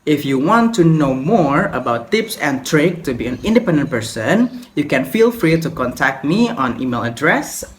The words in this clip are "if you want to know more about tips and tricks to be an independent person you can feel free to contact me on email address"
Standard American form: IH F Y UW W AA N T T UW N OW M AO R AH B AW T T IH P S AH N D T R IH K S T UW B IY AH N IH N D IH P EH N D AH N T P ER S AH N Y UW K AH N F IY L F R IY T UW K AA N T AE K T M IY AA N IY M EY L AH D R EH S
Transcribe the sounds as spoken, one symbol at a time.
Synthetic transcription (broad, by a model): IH F Y UW W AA N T T UW N OW M AO R AH B AW T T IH P S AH N T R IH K T UW B IY AH N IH N D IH P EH N D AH N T P ER S AH N Y UW K AH N F IY L F R IY T UW K AA N T AE K T M IY AA N IY M EY L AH D R EH S